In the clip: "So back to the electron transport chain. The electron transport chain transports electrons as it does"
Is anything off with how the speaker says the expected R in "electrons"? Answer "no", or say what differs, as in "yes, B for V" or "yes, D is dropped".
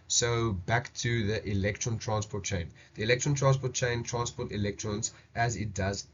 no